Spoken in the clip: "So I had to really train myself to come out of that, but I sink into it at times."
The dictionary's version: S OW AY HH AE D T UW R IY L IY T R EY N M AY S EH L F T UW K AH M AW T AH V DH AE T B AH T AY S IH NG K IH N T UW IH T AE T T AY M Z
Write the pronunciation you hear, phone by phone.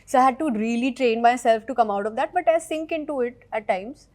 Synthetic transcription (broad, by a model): S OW AY HH AE D T UW R IY L IY T R EY N M AY S EH L F T UW K AH M AW T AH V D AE T B AH T AY S IH NG K IH N T UW IH T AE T T AY M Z